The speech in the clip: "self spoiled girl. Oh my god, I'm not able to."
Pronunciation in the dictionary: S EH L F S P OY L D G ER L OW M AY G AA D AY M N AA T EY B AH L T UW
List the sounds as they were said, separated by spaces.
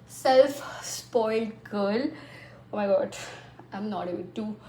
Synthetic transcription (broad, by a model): S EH L F S P OY L D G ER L OW M AY G AA D AY M N AA T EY AH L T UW